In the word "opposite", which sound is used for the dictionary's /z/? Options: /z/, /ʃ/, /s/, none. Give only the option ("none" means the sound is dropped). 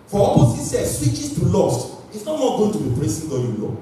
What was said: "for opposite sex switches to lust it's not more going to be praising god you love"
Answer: /s/